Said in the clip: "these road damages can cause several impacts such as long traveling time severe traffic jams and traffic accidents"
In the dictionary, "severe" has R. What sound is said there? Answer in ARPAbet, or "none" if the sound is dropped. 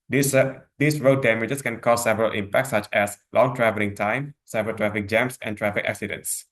L